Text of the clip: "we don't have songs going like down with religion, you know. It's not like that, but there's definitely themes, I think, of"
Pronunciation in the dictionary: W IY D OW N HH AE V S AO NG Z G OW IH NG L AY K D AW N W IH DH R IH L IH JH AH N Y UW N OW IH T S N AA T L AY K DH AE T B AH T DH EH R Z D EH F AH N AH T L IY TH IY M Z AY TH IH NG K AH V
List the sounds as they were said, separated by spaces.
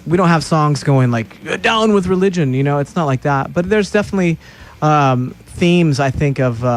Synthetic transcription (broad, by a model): W IY D OW N HH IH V S AO NG Z G OW IH NG L AY K D AW N W IH DH R IH L IH JH AH N Y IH N OW IH T S N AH T L AY K DH AE T B AH T DH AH R Z D EH F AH N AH T L IY TH IY M Z AY TH IH NG K AH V